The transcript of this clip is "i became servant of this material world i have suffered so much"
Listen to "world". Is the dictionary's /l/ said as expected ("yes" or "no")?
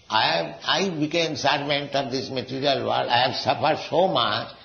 no